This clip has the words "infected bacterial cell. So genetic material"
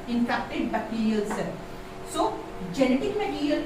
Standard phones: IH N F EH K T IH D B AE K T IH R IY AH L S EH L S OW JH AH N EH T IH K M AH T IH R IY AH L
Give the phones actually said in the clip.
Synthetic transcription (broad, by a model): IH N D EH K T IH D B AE T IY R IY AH L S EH S OW JH AH N EH T IH K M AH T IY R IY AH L